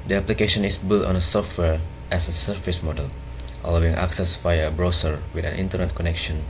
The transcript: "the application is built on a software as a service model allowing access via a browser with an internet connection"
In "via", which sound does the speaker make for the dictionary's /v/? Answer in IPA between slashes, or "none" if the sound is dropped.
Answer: /f/